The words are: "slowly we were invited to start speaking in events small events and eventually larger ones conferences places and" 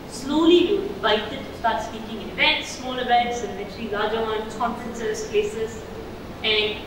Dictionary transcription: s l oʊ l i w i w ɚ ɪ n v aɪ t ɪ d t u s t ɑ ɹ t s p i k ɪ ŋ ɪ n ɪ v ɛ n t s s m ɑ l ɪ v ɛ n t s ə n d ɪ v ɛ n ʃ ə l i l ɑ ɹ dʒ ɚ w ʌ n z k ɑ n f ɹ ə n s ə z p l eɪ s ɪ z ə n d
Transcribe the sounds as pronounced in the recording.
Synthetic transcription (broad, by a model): s l oʊ l i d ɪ v aɪ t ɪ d t u s t ɑ ɹ t s p i k ɪ ŋ ɪ n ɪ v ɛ n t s s m ɑ l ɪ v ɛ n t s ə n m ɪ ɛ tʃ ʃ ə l i l ɑ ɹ dʒ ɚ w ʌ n k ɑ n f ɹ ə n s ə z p l eɪ s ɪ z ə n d